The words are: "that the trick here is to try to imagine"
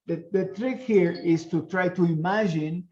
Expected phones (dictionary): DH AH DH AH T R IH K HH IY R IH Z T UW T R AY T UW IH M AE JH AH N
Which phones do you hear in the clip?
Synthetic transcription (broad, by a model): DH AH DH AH T R IH K HH IY R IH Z T UW T R AY T UW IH M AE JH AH N